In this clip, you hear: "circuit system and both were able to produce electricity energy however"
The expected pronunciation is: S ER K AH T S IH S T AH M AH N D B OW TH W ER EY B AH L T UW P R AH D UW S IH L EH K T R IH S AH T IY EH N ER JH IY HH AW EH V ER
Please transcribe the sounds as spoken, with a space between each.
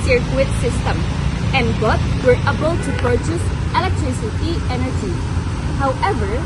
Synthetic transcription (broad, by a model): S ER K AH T S IH S T AH M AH N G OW T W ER EY B AH L T UW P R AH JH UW S IH L EH K T R IH S AH T IY EH N ER JH IY HH AW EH V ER